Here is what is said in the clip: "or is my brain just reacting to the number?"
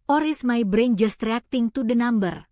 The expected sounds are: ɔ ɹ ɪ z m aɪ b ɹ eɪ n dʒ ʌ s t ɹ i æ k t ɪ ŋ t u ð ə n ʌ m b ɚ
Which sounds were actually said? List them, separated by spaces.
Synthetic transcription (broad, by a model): ɔ ɹ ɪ s m aɪ b ɹ eɪ n dʒ ʌ s t ɹ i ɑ k t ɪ ŋ t u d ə n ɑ m b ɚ